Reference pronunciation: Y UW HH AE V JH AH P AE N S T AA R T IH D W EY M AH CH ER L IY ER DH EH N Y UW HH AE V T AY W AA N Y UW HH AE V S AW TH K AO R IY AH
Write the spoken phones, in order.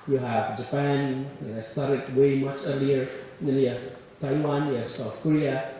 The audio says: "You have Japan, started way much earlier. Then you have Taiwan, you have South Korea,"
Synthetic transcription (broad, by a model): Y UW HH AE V JH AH P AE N S T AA R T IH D W EY M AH CH ER L IY ER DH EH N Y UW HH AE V T AY W AA N Y UW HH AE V S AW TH K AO R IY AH